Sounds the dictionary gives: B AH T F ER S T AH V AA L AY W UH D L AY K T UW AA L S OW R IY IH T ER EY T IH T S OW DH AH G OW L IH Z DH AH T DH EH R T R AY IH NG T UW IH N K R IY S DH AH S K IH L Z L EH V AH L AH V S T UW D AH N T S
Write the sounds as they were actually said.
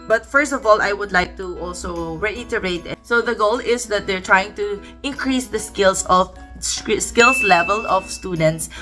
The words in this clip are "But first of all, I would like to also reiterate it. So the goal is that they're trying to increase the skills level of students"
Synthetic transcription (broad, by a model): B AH T F ER S T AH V AA L AY W UH D L AY K T UW AA L S OW R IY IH T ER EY IH T S OW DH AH G OW L IH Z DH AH T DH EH R T R AY IH NG T UW IH N K R IY S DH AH S K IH L S L EH V AH L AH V S T UW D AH N T S